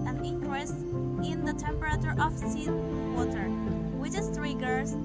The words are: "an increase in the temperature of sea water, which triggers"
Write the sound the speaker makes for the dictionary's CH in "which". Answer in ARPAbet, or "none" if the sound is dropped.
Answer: S